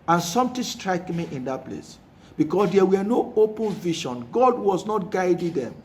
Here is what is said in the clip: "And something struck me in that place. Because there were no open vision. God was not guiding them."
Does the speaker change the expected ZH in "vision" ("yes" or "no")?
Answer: yes